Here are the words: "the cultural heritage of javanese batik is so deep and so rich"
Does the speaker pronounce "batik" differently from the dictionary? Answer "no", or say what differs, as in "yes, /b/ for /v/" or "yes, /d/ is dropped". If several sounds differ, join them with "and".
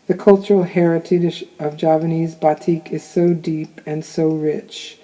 no